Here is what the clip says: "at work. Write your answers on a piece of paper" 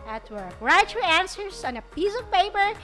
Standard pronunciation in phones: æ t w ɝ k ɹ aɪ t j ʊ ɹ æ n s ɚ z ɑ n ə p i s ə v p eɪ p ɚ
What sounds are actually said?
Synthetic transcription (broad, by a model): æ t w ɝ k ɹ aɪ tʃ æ n s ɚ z ɑ n ə p i s ə v p eɪ p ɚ